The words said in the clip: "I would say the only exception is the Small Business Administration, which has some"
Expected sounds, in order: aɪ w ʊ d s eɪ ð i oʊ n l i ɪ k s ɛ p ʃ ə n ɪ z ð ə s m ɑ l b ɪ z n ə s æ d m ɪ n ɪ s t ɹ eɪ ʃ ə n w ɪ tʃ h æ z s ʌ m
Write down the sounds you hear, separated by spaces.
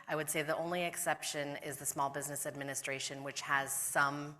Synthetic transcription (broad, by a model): aɪ w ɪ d s eɪ ð i oʊ n l i ɪ k s ɛ p ʃ ə n ɪ z ð ə s m ɑ l b ɪ z n ə s æ d m ɪ n ɪ s t ɹ eɪ ʃ ə n w ɪ tʃ h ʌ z s ʌ m